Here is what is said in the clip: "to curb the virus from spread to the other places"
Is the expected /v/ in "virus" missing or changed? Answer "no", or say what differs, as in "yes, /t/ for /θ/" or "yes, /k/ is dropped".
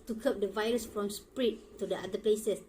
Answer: no